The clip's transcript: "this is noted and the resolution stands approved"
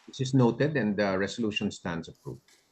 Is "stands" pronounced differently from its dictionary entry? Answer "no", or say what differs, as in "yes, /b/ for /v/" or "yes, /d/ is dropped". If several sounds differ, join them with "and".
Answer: yes, /s/ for /z/